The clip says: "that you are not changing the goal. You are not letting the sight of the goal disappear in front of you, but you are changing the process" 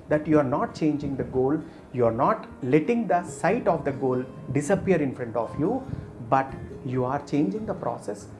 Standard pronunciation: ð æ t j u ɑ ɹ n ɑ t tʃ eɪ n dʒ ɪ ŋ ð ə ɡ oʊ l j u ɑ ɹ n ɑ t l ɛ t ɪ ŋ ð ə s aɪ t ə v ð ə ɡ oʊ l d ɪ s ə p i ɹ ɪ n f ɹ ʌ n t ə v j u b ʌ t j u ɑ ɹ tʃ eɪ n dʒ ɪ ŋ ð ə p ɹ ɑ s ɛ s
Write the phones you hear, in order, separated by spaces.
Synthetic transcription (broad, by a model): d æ t j u ɑ ɹ n ɑ t tʃ eɪ n dʒ ɪ ŋ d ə ɡ oʊ l j u ɑ ɹ n ɑ t l ɛ t ɪ ŋ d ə s aɪ t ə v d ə ɡ oʊ l d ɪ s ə p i ɹ ɪ n f ɹ ʌ n t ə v j u b ʌ t j u ɑ ɹ tʃ eɪ n dʒ ɪ ŋ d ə p ɹ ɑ s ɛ s